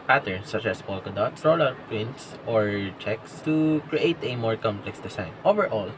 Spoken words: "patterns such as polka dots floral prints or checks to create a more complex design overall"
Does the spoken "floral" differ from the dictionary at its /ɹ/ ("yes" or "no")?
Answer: yes